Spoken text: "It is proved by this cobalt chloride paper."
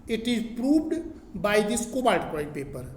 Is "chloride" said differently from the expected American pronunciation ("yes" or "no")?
yes